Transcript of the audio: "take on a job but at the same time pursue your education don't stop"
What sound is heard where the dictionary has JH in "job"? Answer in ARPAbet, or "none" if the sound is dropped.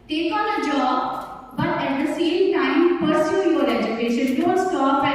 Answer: JH